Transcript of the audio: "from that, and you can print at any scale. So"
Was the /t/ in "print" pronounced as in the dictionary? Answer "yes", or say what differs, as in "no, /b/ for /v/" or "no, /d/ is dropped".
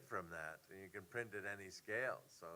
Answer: yes